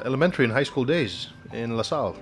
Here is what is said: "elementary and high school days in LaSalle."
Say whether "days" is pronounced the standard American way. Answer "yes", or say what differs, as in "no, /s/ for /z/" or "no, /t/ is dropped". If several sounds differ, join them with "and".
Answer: yes